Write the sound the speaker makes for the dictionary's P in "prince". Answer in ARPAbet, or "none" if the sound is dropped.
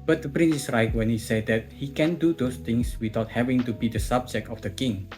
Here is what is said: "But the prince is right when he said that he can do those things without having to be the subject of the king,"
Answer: P